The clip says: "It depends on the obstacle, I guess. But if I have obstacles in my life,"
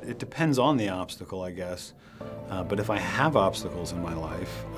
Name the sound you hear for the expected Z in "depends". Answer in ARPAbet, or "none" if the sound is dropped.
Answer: Z